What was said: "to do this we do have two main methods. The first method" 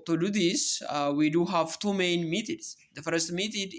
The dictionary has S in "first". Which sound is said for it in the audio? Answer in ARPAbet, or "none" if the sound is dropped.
S